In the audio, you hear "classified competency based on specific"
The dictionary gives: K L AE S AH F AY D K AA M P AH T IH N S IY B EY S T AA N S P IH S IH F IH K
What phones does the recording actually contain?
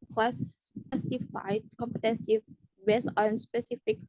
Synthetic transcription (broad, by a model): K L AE S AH F AY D K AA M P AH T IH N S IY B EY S AA N S P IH S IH F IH K